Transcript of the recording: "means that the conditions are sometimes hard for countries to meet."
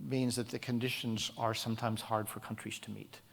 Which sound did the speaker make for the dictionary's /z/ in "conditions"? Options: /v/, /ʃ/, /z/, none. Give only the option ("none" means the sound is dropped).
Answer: /z/